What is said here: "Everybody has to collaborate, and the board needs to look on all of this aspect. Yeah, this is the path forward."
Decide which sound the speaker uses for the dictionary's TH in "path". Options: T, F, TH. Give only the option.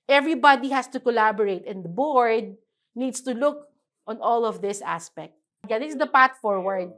T